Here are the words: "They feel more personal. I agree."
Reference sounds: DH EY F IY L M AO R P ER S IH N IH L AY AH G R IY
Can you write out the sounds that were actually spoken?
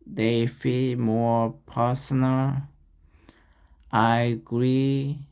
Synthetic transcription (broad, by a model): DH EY F IY L M AO R P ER S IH N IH L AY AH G R IY